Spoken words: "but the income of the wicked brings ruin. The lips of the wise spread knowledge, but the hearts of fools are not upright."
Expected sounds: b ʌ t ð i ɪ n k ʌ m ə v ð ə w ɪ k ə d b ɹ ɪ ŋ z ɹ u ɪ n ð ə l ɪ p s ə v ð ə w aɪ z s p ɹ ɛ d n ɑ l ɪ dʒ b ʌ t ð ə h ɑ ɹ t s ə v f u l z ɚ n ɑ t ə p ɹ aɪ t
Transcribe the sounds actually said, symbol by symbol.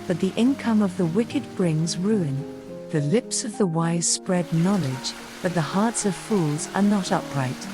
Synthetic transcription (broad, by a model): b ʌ t ð i ɪ n k ʌ m ə v ð ə w ɪ k ə d b ɹ ɪ ŋ z ɹ u ɪ n ð ə l ɪ p s ə v ð ə w aɪ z s p ɹ ɛ d n ɑ l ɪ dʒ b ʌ t ð ə h ɑ ɹ t s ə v f u l z ɚ n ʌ t ə p ɹ aɪ t